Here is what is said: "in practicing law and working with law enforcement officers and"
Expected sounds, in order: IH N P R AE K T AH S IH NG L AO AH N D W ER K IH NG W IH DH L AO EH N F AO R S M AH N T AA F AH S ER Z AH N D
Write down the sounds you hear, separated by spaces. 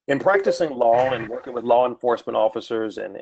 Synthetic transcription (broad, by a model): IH N P R AE K T AH S IH NG L AO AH N W ER K IH NG W IH DH L AO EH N F AO R S M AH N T AA F AH S ER Z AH N